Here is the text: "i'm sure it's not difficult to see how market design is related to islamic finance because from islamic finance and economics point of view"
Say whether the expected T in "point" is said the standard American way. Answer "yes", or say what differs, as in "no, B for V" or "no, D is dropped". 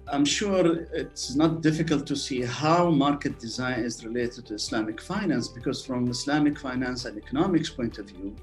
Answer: yes